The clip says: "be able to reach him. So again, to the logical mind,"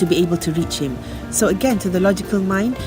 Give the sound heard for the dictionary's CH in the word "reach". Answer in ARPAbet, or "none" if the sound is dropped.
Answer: CH